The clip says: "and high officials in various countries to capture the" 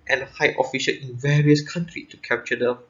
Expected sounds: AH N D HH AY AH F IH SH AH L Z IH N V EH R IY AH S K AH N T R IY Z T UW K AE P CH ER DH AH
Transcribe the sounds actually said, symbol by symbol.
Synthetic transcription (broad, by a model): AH N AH HH AY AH F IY SH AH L IH N V EH R IY AH S K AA N T R IY T UW K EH P CH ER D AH